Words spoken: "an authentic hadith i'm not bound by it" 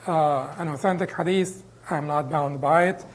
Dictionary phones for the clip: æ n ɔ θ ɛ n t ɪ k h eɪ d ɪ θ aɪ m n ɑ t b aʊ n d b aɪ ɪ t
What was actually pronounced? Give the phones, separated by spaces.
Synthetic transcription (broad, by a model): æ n ɔ θ ɛ n t ɪ k h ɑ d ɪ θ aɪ m n ɑ t b aʊ n d b aɪ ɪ t